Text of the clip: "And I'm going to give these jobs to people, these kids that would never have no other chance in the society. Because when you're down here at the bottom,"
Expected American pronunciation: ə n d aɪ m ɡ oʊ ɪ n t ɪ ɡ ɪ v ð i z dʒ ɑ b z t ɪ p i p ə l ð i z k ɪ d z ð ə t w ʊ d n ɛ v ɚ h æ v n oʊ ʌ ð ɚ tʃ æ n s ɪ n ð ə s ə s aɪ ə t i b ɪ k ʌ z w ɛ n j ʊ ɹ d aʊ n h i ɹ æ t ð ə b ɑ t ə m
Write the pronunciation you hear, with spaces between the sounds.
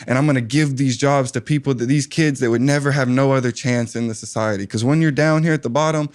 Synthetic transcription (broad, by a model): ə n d aɪ m ɡ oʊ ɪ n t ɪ ɡ ɪ v ð i z dʒ ɑ b z t ɪ p i p l ð i z k ɪ d z ð ə t w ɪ d n ɛ v ɚ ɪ v n oʊ ʌ ð ɚ tʃ æ n s ɪ n ð ə s ə s aɪ ə t i k ʌ z w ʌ n j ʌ ɹ d aʊ n h i ɹ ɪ t ð ə b ɑ t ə m